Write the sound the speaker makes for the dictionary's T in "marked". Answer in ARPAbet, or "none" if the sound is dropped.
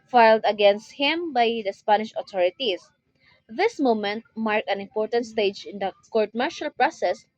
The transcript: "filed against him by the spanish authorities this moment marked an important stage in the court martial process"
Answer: none